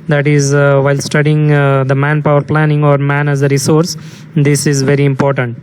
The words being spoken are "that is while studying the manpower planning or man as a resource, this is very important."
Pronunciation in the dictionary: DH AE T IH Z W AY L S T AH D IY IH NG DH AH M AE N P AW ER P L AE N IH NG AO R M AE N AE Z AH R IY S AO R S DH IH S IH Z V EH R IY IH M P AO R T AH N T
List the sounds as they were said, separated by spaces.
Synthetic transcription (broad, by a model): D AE T IH Z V AY L S T AH D IY IH NG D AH M AE N P AW ER P L AE N IH NG AO R M AE N AE Z AH R IY S AO R S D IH S IH Z V EH R IY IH M P AO R T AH N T